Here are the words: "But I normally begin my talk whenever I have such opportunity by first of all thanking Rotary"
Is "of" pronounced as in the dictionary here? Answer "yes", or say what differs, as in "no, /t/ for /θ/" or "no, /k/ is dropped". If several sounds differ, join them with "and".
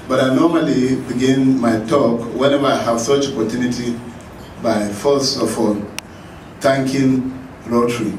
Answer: no, /f/ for /v/